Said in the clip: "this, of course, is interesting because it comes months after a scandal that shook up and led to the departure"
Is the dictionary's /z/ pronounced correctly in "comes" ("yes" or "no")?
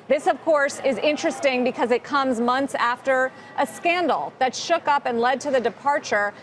yes